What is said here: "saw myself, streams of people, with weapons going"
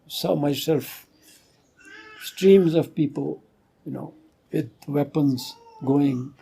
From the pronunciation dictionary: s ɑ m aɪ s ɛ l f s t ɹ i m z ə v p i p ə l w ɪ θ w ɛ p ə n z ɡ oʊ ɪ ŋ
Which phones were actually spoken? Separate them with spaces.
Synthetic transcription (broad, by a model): s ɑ m aɪ s ɛ l f s t ɹ i m z ə v p i p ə l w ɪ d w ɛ p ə n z ɡ oʊ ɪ ŋ